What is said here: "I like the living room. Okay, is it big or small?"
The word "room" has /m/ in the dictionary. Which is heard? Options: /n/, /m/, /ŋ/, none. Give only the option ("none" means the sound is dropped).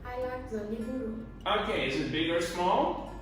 none